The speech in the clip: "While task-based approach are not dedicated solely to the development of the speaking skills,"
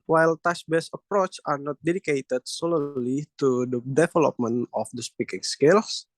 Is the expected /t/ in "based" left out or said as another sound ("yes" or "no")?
yes